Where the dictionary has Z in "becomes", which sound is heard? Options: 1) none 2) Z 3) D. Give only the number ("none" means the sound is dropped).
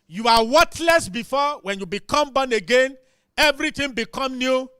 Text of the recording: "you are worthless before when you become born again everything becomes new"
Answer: 1